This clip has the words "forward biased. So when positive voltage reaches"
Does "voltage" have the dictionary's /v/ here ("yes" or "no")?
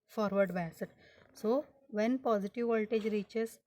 yes